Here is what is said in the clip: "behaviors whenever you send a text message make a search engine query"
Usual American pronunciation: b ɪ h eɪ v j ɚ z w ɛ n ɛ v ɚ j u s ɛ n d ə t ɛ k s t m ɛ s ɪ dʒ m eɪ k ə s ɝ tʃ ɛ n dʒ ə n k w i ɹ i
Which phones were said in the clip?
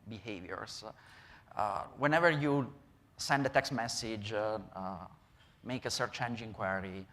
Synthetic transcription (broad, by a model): b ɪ h eɪ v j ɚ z w ɛ n ɛ v ɚ j u s ɛ n d ə t ɛ k s t m ɛ s ɪ dʒ m eɪ k ə s ɝ tʃ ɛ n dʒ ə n k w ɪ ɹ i